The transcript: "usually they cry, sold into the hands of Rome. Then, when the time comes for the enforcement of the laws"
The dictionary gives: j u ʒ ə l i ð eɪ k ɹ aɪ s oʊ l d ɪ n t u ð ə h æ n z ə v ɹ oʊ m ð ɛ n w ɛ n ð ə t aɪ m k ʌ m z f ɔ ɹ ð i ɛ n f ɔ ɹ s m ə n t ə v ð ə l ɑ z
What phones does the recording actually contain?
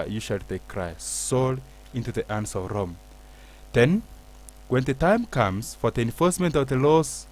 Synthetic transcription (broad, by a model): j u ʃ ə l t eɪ k ɹ aɪ s oʊ l ɪ n t u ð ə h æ n s ə v ɹ oʊ m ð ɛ n w ɛ n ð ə t aɪ m k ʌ m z f ɔ ɹ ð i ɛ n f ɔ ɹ s m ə n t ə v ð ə l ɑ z